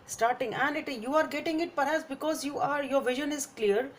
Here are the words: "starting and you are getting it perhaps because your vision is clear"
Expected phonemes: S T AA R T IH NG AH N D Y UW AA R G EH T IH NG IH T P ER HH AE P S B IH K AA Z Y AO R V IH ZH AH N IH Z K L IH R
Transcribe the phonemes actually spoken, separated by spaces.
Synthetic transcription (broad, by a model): S T AA R T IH NG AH N D Y UW AA R G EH T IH NG IH T P ER HH AE P S B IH K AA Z Y AO R V IH ZH AH N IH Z K L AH R